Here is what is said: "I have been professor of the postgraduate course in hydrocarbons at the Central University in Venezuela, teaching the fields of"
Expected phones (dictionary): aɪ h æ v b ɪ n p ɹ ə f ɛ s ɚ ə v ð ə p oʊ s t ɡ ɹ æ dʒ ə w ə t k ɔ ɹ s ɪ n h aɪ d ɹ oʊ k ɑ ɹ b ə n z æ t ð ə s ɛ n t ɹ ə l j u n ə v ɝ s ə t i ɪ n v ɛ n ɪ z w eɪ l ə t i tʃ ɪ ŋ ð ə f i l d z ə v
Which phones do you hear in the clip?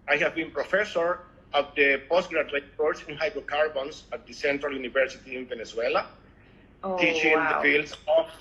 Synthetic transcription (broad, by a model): aɪ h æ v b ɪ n p ɹ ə f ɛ s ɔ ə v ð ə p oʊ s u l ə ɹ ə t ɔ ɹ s ɪ n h aɪ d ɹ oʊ k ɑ ɹ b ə n s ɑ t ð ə s ɛ n t ɹ ə l j u n ə v ɝ s ə t i ɪ n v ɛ n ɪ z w eɪ l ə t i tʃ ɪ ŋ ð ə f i l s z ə